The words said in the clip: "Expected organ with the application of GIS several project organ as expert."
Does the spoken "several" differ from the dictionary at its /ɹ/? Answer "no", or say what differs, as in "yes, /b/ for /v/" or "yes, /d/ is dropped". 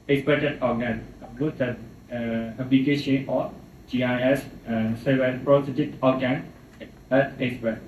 yes, /ɹ/ is dropped